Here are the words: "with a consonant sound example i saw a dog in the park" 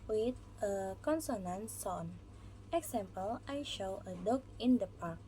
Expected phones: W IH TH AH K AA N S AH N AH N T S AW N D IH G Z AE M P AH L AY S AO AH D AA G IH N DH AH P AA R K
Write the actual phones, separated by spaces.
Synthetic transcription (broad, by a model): W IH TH AH K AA N S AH N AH N S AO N IH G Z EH M P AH L AY SH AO AH D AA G IH N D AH P AA R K